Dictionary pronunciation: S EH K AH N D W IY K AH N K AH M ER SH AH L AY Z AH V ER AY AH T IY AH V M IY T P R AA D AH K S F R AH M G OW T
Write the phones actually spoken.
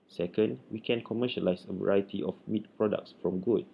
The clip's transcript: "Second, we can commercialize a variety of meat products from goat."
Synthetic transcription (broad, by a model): S EH K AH N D W IY K AH N K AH M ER SH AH L AY S AH V ER AY AH T IY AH F M IY T P R AA D AH K S F R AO M G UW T